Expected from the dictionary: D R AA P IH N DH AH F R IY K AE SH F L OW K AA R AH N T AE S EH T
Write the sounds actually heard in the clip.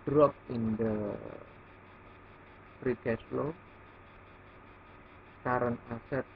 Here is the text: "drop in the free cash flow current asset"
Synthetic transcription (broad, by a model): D R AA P IH N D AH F R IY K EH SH L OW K AA R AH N AA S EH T